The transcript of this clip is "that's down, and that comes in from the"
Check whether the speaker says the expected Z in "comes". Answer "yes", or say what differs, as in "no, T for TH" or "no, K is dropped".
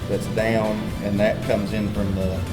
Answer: yes